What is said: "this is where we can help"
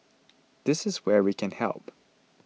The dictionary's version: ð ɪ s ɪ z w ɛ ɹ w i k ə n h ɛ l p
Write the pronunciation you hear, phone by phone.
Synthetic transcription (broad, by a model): ð ɪ s ɪ z w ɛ ɹ w i k ə n h ɛ l p